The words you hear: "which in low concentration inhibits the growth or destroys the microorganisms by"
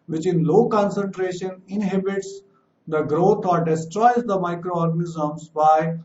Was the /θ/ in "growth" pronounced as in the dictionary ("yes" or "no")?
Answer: no